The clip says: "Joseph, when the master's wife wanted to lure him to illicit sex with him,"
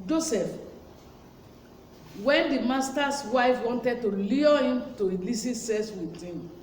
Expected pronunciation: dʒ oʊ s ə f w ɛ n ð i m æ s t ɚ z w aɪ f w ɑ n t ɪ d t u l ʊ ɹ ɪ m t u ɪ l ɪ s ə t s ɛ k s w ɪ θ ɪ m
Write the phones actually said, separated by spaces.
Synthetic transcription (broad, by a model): dʒ oʊ s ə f w ɛ n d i m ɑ s t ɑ s w aɪ f w ɑ n t ɪ d t u l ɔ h ɪ m t u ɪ l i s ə s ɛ s w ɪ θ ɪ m